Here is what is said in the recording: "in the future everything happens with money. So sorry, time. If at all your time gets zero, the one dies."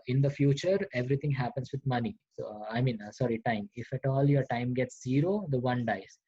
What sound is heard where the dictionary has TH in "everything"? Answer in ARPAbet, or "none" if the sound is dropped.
T